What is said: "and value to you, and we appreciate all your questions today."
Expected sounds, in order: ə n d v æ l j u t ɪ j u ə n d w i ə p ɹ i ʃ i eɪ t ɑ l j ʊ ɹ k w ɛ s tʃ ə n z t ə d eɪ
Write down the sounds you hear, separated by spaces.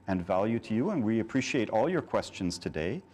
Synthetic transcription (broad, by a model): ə n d v æ l j u t ɪ j u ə n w i ə p ɹ i ʃ i eɪ t ɑ l j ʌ ɹ k w ɛ s tʃ ə n z t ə d eɪ